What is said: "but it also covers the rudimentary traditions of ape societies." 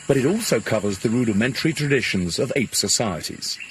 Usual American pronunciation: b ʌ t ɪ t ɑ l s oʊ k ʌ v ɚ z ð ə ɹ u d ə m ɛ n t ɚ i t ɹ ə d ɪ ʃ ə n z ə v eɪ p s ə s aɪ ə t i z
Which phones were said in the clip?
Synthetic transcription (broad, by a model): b ʌ t ɪ t ɑ l s oʊ k ʌ v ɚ z ð ə ɹ u d ə m ɛ n t ɚ i t ɹ ə d ɪ ʃ ə n z ə v eɪ p s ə s aɪ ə t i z